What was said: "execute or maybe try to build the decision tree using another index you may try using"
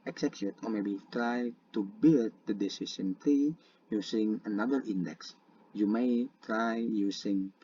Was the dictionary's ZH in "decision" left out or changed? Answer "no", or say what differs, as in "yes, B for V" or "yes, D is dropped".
yes, S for ZH